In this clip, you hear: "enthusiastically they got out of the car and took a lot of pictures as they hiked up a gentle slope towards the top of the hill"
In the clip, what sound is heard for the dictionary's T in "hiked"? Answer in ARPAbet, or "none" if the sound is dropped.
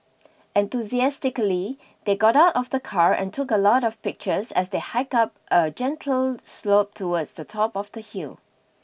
none